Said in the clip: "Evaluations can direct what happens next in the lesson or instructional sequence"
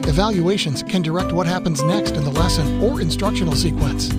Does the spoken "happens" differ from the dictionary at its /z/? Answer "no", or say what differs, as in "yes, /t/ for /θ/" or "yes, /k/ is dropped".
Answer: no